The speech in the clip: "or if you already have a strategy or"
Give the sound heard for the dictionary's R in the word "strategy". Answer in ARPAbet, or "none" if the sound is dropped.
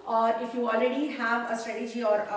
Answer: none